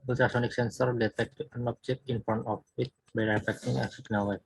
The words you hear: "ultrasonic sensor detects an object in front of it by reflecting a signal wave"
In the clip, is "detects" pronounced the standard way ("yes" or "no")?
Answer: no